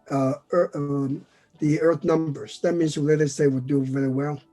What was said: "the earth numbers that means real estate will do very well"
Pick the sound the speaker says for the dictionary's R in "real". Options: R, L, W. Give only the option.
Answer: L